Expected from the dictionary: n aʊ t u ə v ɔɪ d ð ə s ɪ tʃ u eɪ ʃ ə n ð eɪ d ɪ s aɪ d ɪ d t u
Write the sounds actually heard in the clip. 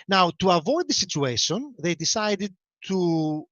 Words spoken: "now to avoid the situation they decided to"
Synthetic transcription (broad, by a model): n aʊ t u ə v ɔɪ d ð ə s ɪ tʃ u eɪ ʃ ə n ð eɪ d ɪ s aɪ d ɪ d t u